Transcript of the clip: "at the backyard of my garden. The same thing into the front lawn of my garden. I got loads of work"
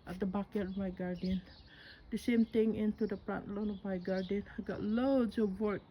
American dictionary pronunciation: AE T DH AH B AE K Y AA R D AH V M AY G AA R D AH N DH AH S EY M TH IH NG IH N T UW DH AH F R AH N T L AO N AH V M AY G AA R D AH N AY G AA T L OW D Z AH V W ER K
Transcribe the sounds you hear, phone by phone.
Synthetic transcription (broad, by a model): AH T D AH B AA K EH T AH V M AY G AA R D AH N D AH S EY M T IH NG IH N T UW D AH P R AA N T L AO N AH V M AY G AA R D AH N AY G AA T L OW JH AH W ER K